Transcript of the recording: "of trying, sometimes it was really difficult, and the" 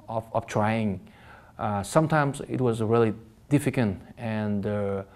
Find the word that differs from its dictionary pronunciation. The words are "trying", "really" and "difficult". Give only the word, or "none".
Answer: difficult